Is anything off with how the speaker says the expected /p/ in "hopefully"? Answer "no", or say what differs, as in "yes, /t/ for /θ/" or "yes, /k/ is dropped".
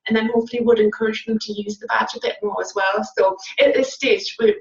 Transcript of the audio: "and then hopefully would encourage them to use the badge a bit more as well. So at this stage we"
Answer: yes, /p/ is dropped